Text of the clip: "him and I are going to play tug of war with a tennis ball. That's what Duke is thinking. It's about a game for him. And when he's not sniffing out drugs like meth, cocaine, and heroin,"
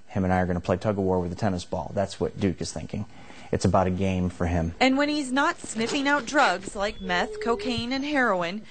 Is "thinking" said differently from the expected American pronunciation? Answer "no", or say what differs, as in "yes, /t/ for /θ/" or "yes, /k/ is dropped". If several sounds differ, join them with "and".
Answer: no